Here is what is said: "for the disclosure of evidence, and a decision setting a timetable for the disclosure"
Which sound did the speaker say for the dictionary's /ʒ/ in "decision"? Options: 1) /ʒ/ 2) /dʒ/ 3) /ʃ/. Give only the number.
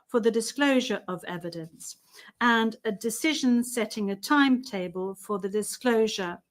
1